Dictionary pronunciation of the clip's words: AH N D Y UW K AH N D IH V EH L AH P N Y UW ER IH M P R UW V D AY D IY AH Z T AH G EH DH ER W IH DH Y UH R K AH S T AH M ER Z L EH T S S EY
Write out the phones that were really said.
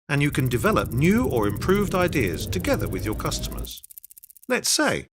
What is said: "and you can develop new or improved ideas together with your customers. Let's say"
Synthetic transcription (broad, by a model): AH N Y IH K AH N D IH V EH L AH P N Y UW ER IH M P R UW V D AY D IY AH Z T AH G EH DH ER W IH DH Y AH R K AH S T AH M ER Z L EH T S S EY